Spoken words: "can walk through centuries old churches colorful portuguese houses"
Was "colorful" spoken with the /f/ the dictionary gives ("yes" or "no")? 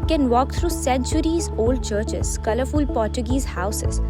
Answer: yes